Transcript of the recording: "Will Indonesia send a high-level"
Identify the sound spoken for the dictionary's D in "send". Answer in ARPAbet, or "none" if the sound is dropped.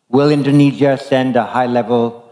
D